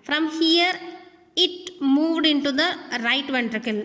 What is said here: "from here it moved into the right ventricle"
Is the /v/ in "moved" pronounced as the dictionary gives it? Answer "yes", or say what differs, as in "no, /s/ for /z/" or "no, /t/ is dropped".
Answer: yes